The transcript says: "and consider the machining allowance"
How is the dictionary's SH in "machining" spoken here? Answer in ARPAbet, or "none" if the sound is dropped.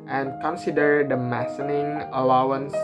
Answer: S